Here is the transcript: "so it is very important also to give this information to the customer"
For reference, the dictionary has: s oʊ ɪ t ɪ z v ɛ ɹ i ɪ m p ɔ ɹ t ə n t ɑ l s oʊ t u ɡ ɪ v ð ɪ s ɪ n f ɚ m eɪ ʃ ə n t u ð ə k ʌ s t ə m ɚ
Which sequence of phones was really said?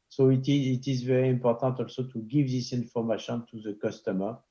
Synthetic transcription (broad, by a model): s oʊ ɪ t ɪ z v ɛ ɹ i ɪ m p ɔ ɹ t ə t ɑ l s oʊ t u ɡ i v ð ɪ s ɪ n f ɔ m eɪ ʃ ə n t u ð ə k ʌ s t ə m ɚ